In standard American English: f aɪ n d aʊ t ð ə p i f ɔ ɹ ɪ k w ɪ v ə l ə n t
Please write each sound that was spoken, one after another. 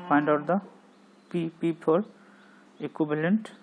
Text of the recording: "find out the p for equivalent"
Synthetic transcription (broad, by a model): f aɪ n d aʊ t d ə p i p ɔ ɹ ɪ k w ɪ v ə l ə n t